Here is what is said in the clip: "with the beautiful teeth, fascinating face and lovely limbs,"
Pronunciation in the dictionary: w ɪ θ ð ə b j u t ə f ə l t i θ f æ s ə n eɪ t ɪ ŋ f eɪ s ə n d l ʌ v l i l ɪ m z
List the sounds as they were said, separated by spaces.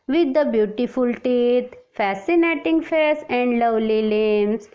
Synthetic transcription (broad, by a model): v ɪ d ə b j u t ə f ə l t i t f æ s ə n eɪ t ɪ ŋ f eɪ s ə n d l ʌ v l i l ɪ m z